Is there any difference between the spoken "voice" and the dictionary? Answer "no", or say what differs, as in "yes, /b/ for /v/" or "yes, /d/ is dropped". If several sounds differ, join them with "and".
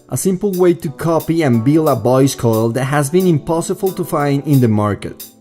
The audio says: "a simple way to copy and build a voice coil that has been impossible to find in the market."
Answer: yes, /b/ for /v/